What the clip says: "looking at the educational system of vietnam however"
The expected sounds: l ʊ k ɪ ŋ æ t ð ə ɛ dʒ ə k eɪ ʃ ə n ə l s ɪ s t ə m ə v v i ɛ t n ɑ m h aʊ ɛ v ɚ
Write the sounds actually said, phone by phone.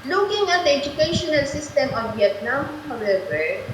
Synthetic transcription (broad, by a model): l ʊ k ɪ ŋ æ t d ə ɛ dʒ ə k eɪ ʃ ə n ə l s ɪ s t ə m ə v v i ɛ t n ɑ m h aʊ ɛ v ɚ